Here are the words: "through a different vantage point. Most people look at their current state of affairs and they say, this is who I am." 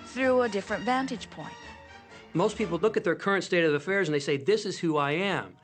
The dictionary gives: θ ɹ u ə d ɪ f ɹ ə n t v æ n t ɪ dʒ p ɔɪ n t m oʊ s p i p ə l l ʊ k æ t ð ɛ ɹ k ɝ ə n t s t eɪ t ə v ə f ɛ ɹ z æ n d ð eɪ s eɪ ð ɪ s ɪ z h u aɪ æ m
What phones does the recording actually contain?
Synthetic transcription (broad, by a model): θ ɹ u ə d ɪ f ɹ ə n t v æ n t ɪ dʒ p ɔɪ n t m oʊ s p i p l l ʊ k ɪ t ð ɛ ɹ k ɝ ə n t s t eɪ t ə v ə f ɛ ɹ z n ð eɪ s eɪ ð ɪ s ɪ z h u aɪ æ m